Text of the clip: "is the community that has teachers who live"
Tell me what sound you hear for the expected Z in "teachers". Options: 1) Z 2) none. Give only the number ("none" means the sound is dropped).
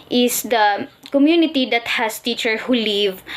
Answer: 2